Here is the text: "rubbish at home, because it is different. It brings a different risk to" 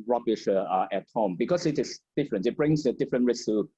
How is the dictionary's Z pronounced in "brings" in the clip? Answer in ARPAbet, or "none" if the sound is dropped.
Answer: S